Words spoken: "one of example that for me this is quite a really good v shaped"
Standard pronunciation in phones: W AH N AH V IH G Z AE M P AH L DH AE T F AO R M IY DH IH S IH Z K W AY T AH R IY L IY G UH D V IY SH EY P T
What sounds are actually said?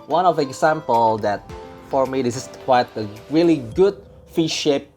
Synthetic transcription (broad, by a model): W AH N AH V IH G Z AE M P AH L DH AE T F AO R M IY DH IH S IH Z K W AY T AH R IY L IY G UH D F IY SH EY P